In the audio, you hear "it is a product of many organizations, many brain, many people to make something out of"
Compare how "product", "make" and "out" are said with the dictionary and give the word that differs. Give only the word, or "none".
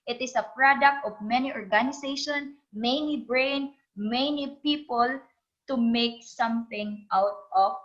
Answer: none